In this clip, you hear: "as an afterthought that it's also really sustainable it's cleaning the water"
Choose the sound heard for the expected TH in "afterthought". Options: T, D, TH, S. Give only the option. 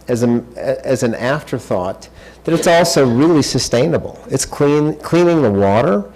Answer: TH